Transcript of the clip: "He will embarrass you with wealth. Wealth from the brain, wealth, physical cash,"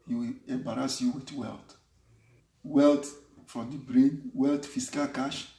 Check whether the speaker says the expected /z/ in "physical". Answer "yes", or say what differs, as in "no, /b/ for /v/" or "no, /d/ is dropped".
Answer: no, /s/ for /z/